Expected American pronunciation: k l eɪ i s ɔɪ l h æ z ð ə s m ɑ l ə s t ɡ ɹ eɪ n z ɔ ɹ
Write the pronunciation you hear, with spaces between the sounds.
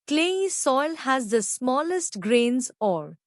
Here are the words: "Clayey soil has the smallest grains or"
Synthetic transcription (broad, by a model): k l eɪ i s ɔɪ l h æ z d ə s m ɑ l ə s t ɡ ɹ eɪ n z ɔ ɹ